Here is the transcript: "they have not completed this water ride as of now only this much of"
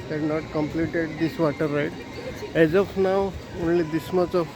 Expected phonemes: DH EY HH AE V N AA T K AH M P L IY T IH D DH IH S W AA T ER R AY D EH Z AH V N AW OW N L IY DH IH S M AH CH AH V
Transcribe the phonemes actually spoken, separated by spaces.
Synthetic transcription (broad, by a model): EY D N AA T K AH M P L IY T IH D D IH S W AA T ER R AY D EH Z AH F N AW OW N L IY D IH S M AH S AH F